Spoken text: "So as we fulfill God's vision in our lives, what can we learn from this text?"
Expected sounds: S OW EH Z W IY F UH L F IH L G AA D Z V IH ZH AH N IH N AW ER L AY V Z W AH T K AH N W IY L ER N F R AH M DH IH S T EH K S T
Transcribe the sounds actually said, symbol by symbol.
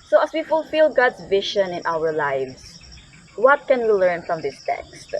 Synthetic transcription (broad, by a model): S OW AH S W IY F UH L F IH L G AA D S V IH SH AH N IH N AW ER L AY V S W AH T K AH N W IY L ER N F R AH M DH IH S T EH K S T